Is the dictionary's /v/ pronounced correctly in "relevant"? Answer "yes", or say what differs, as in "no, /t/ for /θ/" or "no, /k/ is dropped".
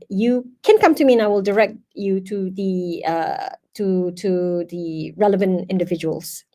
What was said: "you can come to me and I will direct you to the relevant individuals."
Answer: yes